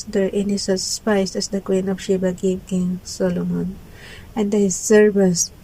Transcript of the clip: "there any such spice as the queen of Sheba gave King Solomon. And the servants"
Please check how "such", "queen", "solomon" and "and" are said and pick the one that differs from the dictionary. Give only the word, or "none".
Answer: such